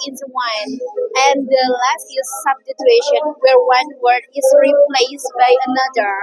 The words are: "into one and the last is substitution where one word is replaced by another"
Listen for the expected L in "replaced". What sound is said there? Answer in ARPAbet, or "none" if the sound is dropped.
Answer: L